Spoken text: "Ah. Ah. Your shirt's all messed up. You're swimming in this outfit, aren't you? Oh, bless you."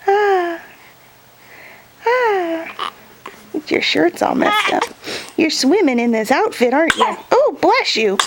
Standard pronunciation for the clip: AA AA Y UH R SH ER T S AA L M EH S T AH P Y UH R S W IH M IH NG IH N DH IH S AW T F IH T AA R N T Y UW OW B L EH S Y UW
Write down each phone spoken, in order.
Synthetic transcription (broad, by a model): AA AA Y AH R SH ER T S AA L M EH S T AH P Y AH R S W IH M IH NG IH N DH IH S AW T F IH T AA R N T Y OW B L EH SH Y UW